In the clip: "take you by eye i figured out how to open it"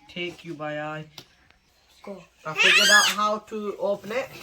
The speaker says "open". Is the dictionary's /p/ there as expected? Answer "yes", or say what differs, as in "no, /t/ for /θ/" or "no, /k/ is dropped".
yes